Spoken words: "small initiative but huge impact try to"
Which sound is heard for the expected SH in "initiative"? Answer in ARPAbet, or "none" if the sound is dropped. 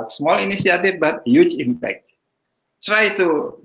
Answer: S